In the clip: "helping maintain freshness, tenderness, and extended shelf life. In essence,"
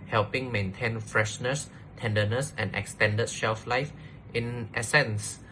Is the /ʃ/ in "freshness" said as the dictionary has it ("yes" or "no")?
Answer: yes